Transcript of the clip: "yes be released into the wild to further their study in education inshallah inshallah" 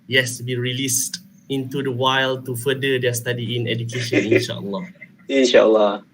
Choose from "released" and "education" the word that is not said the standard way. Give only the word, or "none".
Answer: none